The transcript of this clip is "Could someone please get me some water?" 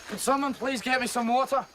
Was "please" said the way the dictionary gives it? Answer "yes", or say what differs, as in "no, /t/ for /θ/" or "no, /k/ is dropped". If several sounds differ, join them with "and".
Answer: yes